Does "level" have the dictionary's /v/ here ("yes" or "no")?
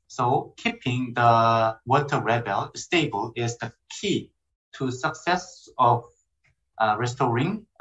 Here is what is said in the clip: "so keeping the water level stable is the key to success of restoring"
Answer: no